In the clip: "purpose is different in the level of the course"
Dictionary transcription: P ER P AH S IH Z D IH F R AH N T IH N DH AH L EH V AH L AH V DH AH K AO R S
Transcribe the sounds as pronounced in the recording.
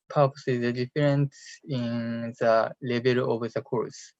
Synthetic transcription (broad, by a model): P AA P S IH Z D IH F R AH N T IH N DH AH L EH B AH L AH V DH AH K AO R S